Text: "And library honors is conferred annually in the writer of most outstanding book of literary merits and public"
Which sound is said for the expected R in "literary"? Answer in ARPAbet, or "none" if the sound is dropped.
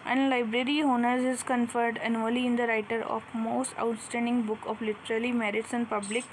L